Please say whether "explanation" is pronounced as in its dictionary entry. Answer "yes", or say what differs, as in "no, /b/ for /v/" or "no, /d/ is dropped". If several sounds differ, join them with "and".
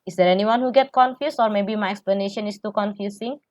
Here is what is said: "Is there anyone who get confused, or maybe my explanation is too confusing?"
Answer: yes